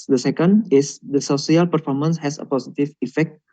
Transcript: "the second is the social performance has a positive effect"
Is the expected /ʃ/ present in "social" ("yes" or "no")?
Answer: no